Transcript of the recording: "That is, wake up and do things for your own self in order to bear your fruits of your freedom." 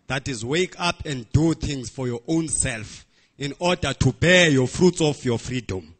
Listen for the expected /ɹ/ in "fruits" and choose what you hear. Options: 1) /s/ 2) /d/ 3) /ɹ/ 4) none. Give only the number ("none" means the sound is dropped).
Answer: 3